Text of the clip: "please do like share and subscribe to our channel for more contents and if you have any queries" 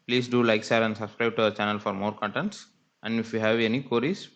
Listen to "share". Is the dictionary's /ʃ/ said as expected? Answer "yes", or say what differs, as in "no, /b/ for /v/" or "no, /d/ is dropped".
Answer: no, /s/ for /ʃ/